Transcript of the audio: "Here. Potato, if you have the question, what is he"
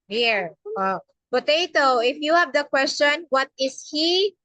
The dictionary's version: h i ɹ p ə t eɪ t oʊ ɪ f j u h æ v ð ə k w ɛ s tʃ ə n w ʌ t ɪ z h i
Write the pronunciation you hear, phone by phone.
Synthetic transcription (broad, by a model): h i ɹ p ə t eɪ t oʊ ɪ f j u h æ v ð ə k w ɛ s tʃ ə n w ʌ t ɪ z h i